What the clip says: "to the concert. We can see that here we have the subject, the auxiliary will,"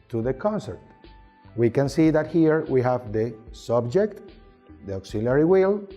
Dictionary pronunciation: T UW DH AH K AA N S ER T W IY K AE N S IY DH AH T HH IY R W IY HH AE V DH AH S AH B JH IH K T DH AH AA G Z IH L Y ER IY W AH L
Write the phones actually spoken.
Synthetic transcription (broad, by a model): T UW DH AH K AA N S ER T W IY K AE N S IY DH AH T HH IY R W IY HH AE V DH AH S AH B JH IH K T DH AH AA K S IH L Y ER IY W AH L